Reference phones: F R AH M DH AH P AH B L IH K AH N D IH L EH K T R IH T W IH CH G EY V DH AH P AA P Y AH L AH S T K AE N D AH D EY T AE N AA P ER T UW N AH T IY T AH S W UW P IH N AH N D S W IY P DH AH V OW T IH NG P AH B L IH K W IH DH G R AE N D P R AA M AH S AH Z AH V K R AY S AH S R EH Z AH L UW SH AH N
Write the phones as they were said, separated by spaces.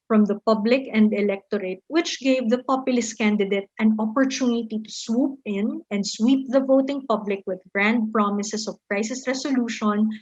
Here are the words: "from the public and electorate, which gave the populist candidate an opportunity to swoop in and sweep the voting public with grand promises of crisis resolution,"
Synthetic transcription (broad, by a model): F R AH M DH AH P AH B L IH K AH N D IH L EH K T R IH T W IH CH G EY V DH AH P AA P Y AH L AH S T K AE N D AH D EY T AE N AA P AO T UW N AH T IY T AH S W UW P IH N AH N D S W IY P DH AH V OW T IH NG P AH B L IH K W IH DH G R AE N D P R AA M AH S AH S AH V K R AY S AH S R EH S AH L UW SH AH N